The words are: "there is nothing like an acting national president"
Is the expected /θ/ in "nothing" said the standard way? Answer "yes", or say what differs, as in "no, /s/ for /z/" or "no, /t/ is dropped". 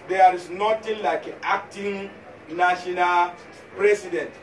no, /t/ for /θ/